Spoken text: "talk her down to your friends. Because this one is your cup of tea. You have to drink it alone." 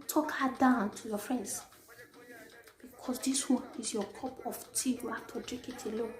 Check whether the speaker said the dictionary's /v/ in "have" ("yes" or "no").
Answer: no